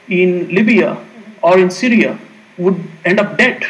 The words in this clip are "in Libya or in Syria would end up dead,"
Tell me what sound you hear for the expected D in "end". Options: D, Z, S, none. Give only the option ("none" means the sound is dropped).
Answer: D